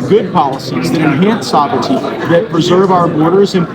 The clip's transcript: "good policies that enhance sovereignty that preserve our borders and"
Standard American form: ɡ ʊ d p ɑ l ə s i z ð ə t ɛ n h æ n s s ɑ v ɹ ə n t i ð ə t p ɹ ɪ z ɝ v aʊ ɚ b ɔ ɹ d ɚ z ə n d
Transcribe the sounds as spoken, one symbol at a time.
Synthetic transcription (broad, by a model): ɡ ʊ d p ɑ l ə s i z ð ə t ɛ n h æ n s s ɑ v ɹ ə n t i ð ə t p ɹ ɪ z ɝ v aʊ ɚ b ɔ ɹ d ɚ z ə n